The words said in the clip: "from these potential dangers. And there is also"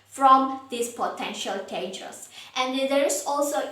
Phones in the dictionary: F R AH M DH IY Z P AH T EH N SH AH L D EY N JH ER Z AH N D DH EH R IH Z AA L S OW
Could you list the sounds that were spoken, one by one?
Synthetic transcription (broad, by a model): F R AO M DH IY S P AH T EH N SH AH L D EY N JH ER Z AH N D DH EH R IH S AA L S OW